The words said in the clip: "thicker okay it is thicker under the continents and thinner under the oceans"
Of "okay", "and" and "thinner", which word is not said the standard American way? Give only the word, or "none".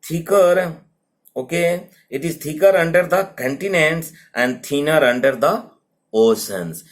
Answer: thinner